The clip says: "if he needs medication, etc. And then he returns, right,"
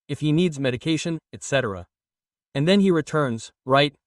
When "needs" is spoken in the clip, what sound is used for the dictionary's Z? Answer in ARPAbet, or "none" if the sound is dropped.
Z